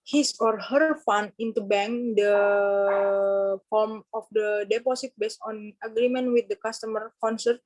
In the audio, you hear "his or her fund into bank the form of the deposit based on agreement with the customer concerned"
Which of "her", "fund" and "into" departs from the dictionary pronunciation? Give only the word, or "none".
fund